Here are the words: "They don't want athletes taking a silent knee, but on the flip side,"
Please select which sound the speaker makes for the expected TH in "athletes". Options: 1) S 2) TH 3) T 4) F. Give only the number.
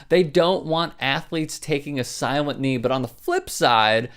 2